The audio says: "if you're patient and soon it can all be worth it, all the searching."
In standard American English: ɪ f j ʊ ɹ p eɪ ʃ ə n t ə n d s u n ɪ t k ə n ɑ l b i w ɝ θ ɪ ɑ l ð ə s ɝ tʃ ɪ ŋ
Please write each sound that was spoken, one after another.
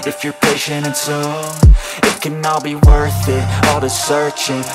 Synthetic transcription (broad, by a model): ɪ f j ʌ ɹ p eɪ ʃ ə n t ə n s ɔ ɪ t k ə n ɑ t b i w ɝ θ ɪ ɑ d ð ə s ɝ tʃ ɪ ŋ